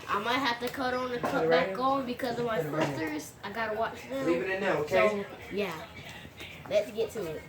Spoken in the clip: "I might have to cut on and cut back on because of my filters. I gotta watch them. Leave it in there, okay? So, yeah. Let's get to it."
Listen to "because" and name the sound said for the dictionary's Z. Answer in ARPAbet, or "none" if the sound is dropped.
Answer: Z